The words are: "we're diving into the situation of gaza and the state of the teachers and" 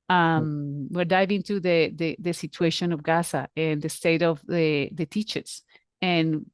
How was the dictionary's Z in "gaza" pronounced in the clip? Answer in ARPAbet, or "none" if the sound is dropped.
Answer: S